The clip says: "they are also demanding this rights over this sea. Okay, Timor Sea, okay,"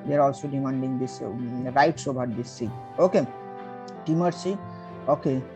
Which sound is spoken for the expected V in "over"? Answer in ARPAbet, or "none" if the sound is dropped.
B